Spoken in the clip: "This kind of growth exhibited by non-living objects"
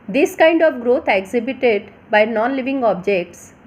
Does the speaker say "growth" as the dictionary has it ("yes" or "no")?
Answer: no